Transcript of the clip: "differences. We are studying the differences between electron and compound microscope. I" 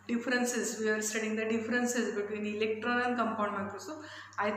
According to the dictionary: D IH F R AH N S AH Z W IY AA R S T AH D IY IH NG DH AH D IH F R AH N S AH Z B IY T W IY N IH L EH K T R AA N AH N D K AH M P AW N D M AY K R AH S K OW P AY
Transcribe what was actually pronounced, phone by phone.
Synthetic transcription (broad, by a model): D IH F R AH N S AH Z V IY AA R S T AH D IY NG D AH D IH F R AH N S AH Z B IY T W IY N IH L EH K T R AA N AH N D K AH M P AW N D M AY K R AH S OW AY